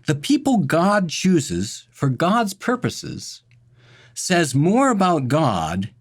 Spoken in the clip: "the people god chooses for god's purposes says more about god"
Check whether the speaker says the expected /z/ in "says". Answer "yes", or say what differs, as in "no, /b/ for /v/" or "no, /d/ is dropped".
yes